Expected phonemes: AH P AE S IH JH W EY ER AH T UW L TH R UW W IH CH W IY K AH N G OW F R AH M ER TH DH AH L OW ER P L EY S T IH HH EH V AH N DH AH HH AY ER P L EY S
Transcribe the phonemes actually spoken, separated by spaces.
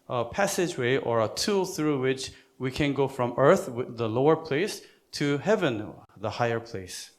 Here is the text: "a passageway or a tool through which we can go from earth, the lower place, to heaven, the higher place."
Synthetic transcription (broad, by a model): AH P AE S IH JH W EY ER AH T UW L TH R UW W IH CH W IY K AH N G OW F R AH M ER TH DH AH L OW ER P L EY S T IH HH EH V AH N DH AH HH AY ER P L EY S